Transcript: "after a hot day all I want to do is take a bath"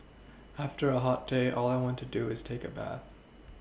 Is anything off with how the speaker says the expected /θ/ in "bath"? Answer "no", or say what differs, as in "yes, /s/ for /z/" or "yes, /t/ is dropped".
no